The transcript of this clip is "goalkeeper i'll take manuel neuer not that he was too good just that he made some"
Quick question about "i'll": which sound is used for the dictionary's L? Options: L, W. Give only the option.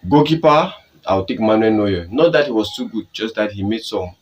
W